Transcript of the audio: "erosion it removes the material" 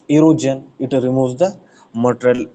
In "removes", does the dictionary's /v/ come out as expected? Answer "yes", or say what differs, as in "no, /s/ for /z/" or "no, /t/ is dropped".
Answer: no, /v/ is dropped